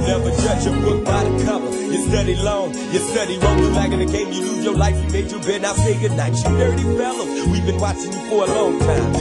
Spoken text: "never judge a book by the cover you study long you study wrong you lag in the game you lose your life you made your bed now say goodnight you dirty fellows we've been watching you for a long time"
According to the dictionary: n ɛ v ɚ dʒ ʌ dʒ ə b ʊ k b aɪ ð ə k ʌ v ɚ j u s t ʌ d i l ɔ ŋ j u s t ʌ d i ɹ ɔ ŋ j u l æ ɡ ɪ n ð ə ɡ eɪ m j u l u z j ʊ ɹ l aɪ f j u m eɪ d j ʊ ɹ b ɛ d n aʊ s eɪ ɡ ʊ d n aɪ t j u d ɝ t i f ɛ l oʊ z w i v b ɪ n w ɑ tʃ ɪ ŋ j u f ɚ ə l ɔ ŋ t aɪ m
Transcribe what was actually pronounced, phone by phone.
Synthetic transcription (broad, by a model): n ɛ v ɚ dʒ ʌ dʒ ə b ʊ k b aɪ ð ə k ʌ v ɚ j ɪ s t ʌ d i l ɔ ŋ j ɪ s t ʌ d i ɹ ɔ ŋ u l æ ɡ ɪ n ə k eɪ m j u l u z j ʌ ɹ l aɪ f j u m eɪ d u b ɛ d n aʊ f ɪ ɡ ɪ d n aɪ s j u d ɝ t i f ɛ l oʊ w i v b ɪ n w ɑ tʃ ɪ ŋ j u f ɚ ə l ɔ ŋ t aɪ m